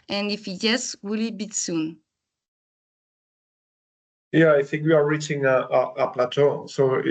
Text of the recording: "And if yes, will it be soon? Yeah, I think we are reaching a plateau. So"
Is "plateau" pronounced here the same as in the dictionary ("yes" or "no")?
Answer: yes